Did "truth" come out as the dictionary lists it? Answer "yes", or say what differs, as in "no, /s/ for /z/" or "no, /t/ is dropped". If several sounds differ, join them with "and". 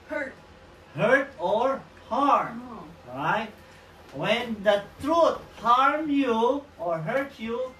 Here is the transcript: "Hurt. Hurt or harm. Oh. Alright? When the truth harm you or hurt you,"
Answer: no, /t/ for /θ/